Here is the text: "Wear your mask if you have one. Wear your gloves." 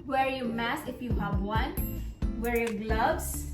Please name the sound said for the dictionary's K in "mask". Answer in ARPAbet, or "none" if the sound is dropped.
none